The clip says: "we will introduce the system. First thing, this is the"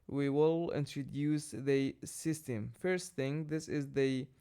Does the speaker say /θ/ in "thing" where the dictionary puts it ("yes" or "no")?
yes